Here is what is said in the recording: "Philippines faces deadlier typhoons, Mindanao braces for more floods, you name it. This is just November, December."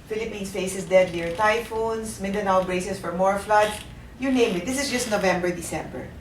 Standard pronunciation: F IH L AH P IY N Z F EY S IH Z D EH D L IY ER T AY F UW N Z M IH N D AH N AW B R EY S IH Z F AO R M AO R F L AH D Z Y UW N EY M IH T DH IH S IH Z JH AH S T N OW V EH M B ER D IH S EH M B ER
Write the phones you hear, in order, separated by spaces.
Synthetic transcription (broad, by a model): F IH L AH P IY N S F EY S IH S D EH D N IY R T AY F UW N S M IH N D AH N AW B R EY S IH S F AO R M AO R F L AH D Y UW N EY M IH T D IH S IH S JH AH S T N OW V EH M B ER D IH S EH M B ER